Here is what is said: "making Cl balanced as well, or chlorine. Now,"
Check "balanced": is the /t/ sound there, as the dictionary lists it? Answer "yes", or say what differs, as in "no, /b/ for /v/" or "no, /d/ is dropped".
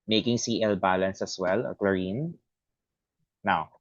no, /t/ is dropped